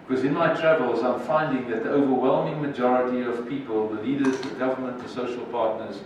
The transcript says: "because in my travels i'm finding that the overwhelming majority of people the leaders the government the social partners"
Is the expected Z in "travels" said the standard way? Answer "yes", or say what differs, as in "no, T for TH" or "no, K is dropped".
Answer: yes